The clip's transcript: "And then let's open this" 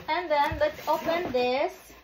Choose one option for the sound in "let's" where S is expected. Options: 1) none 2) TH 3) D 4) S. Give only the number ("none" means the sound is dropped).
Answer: 1